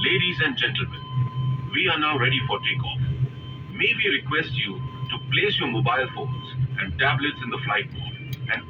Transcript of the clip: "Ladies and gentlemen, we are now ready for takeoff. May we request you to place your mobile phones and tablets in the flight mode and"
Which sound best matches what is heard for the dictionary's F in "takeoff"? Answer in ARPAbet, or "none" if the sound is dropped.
F